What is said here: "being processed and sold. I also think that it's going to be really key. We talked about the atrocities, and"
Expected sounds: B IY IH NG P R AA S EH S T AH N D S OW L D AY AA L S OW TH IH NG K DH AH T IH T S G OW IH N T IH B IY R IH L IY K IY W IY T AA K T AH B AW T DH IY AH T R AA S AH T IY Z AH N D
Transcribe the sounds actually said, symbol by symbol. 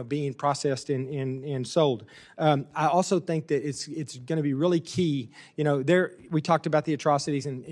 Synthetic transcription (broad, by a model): B IY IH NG P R AA S EH S T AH N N S OW L D AY AA L S OW TH IH NG K DH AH T IH T S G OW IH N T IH B IY R IH L IY K IY W IY T AA K T AH B AW T DH IY AH T R AA S AH T IY Z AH N